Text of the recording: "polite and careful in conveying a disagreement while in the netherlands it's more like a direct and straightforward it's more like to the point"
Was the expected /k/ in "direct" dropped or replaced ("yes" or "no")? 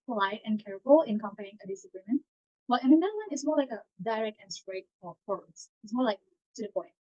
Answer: no